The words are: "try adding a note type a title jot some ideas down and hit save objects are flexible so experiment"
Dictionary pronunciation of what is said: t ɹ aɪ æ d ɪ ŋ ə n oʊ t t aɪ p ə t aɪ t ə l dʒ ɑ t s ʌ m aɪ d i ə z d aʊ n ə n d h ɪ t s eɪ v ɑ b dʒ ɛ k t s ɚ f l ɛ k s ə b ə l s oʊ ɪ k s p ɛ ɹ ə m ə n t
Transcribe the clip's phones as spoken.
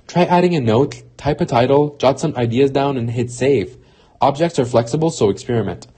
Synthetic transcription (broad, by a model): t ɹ aɪ æ d ɪ ŋ ə n oʊ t t aɪ p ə t aɪ t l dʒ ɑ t s ʌ m aɪ d i ə z d aʊ n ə n h ɪ t s eɪ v ɑ b dʒ ɛ k t s ɚ f l ɛ k s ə b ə l s oʊ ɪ k s p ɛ ɹ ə m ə n t